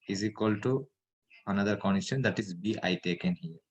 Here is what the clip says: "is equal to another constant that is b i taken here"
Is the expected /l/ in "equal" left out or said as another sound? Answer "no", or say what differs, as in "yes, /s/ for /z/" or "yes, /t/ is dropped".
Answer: no